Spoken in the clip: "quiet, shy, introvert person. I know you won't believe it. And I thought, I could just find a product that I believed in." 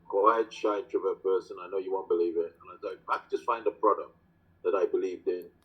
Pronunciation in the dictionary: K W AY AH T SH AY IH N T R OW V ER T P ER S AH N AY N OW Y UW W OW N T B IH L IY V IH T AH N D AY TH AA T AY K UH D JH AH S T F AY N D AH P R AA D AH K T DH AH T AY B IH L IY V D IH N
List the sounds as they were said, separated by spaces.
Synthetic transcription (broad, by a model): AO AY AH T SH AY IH T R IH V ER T P ER S AH N AY N OW Y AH W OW N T B IH L IY V IH T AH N AY S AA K AY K JH AH S T F AY N D AH P R AA D AH K T DH AH T AY B IH L IY V D IH N